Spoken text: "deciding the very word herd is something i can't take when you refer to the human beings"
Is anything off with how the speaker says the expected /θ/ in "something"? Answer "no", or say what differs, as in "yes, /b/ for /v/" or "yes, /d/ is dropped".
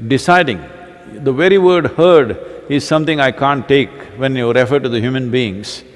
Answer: yes, /t/ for /θ/